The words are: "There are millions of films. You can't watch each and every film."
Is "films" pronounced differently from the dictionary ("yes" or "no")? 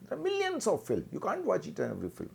yes